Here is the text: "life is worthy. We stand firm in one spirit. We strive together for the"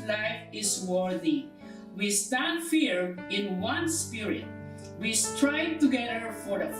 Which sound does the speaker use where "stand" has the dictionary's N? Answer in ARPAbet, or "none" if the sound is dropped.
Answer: N